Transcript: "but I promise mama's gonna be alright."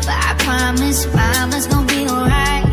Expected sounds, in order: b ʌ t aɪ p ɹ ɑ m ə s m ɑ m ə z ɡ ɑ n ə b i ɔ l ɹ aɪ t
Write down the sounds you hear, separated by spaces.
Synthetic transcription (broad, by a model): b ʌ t aɪ p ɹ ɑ m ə s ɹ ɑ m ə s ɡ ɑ ə b i ɔ l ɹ aɪ t